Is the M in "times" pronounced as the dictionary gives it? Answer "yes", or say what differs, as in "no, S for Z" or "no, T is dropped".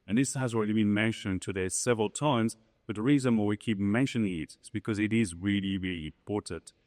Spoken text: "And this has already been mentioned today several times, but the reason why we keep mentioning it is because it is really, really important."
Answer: yes